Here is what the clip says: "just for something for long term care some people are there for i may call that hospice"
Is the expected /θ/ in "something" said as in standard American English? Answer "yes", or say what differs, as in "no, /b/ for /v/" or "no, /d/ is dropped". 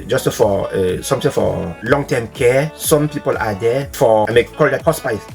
no, /t/ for /θ/